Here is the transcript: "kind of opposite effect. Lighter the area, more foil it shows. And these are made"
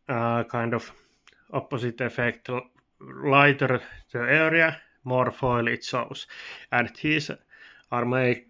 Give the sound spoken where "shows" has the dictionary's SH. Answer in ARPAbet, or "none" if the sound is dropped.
S